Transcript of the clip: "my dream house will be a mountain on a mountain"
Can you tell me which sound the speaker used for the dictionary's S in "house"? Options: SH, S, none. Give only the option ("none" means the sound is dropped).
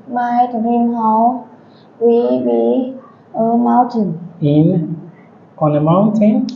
none